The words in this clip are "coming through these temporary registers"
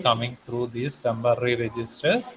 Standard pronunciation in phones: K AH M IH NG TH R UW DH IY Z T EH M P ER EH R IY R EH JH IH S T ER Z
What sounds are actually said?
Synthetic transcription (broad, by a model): K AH M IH NG T R UW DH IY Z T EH M B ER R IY R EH JH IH S T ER